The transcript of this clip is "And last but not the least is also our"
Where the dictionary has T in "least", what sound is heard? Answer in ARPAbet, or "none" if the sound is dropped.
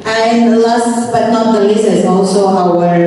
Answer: none